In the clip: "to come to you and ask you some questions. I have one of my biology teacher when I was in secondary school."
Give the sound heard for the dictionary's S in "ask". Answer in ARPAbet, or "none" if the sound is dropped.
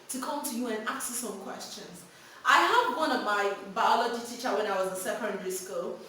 none